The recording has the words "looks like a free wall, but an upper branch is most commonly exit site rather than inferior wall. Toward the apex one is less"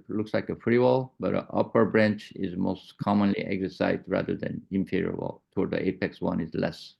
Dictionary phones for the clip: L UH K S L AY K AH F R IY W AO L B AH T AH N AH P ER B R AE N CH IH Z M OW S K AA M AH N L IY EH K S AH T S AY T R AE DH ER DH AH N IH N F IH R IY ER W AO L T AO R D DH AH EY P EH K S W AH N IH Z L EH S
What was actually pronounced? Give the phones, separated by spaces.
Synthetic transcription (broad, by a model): L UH K S L AY K AH F R IY W AO L B AH T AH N AH P ER B R AE N CH IH Z M OW S K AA M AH N L IY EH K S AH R S AY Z R AE DH ER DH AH N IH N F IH R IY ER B L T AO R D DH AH EY P EH K S W AH N IH Z L EH S